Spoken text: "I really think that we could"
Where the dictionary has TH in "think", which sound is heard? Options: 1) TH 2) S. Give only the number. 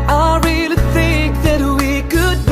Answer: 1